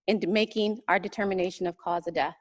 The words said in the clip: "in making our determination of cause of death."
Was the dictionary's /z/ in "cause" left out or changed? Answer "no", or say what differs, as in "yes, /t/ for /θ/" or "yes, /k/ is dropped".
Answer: no